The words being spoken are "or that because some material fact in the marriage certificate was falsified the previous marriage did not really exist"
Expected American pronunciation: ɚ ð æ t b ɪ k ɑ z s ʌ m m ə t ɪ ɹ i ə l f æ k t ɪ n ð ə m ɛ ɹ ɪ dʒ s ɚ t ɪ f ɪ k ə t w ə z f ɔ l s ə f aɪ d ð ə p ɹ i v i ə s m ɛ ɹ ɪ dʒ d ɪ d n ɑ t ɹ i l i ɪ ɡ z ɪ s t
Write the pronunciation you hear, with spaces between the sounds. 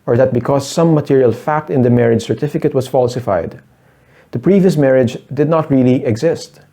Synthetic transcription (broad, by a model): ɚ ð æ t b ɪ k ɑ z s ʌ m m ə t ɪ ɹ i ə l f æ k t ɪ n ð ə m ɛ ɹ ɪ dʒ s ɚ t ɪ f ɪ k ə t w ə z f ɔ l s ə f aɪ d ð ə p ɹ i v i ə s m ɛ ɹ ɪ dʒ d ɪ d n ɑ t ɹ i l i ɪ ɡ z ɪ s t